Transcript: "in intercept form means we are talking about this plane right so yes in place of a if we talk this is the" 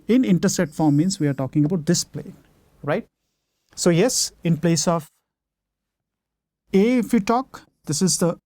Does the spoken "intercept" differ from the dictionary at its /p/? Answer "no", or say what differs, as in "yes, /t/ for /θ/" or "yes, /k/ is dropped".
yes, /p/ is dropped